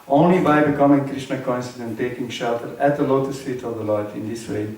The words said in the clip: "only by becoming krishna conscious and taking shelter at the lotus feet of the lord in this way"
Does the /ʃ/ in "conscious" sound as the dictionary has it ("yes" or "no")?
no